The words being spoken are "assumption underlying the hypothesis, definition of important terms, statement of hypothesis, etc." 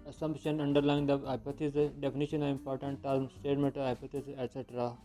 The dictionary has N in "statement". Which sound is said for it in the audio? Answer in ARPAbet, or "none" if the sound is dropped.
none